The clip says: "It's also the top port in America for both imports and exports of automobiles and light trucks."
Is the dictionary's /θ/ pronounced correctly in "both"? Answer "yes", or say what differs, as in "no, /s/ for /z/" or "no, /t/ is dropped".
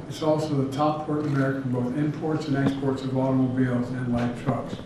yes